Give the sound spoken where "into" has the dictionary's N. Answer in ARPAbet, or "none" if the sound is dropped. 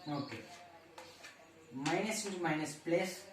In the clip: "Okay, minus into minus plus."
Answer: none